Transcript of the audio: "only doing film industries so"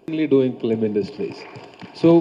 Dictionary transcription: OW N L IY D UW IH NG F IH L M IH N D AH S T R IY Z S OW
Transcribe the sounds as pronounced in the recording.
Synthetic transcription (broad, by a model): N L IY D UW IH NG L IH M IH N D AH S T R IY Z S OW